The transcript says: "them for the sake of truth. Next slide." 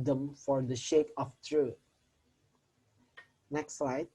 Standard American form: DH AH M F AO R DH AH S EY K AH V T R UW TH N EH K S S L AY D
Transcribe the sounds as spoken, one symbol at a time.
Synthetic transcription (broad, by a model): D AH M F AO R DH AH SH EY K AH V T R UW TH N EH K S S L AY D